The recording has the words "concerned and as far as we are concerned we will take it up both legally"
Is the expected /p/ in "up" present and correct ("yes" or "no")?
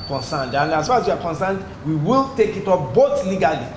no